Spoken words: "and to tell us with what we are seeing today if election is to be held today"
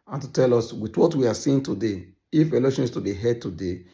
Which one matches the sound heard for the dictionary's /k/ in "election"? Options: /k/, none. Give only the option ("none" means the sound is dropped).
none